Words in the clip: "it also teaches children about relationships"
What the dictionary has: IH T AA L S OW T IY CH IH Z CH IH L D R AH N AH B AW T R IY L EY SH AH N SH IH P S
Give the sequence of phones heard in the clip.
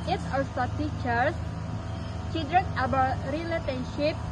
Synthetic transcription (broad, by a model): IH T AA S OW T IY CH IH S CH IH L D R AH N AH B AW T R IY L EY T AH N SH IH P